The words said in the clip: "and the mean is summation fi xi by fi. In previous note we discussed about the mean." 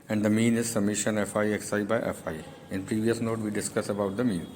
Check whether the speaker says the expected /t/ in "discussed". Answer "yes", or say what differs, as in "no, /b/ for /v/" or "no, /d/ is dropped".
no, /t/ is dropped